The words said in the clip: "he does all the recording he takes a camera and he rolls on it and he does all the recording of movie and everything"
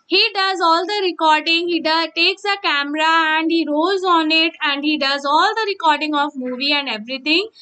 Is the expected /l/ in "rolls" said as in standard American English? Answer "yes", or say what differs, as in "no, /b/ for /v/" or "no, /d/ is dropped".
no, /l/ is dropped